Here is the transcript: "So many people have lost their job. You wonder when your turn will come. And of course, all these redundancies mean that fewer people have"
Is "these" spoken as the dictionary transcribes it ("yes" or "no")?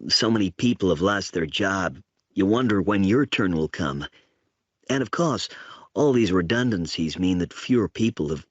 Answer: yes